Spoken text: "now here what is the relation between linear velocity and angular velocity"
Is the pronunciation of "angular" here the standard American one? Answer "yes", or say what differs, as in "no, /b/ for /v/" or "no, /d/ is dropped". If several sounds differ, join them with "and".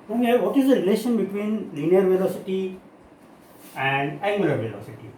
no, /ŋ/ is dropped